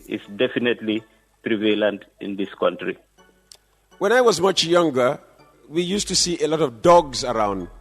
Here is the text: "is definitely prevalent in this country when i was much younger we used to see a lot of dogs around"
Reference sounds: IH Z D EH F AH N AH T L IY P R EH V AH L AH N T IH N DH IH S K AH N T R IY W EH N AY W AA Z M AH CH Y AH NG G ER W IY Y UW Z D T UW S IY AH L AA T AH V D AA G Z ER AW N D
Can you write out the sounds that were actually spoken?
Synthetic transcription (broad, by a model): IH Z D EH F AH N AH T L IY P R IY V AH L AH N T IH N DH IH S K AH N T R IY W EH N AY W AA Z M AH CH Y AH NG G ER W IY Y UW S T UW S IY AH L AA T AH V D AA G Z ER AW N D